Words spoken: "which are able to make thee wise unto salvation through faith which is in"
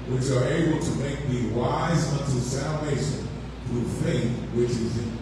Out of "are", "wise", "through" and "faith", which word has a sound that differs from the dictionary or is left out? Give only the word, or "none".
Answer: none